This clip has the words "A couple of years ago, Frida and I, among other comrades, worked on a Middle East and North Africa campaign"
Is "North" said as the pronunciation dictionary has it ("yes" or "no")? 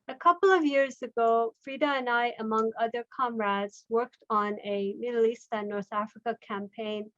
yes